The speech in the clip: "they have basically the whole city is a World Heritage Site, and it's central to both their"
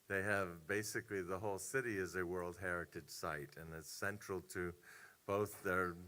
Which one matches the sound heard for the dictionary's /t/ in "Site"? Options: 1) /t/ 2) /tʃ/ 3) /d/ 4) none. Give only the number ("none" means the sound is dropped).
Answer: 1